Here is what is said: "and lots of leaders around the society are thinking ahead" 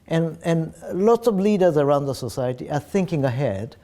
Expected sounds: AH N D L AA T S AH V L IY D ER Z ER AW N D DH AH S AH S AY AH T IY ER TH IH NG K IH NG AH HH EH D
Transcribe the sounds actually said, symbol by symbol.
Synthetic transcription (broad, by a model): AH N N L AA T S AH V L IY D ER Z ER AW N D DH AH S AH S AY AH T IY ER TH IH NG K IH NG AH HH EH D